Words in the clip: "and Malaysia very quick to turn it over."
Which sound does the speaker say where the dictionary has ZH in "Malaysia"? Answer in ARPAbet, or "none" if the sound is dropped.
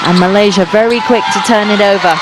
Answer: ZH